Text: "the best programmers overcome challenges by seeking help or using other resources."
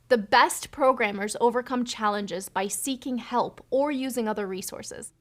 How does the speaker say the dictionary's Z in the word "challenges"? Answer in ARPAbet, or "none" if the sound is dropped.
Z